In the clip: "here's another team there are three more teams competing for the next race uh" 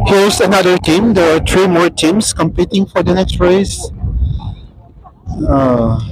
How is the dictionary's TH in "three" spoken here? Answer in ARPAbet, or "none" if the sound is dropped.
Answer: T